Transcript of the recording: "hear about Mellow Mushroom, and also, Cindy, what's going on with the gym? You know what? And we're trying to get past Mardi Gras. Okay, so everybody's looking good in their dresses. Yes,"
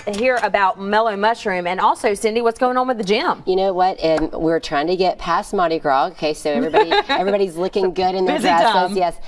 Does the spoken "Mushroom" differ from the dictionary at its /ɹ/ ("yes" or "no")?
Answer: no